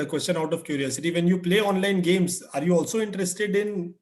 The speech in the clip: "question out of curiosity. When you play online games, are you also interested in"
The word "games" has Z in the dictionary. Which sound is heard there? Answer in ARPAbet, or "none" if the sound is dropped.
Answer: S